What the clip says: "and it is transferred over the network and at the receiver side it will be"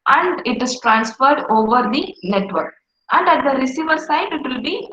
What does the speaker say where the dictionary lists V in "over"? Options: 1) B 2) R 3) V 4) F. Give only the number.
3